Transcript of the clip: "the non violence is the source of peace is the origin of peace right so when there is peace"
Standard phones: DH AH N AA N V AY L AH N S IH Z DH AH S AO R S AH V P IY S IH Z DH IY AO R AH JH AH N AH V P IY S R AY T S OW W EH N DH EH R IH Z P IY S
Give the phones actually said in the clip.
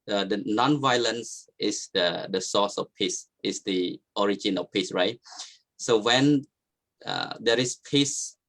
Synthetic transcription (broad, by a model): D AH N AA N V AY L AH N S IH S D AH S AO S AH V P IY S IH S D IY AO R AH JH AH N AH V P IY S R AY T S OW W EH N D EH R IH S P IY S